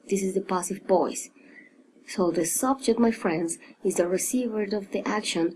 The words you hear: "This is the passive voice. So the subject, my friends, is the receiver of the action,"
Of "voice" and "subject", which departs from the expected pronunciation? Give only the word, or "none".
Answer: voice